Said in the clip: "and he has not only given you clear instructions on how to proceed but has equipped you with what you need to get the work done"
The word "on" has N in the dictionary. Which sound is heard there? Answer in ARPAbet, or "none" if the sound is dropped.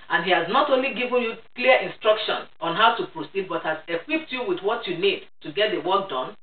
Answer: N